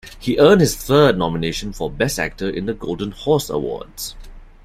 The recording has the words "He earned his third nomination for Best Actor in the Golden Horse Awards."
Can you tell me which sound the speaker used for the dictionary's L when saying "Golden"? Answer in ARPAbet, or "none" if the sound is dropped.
L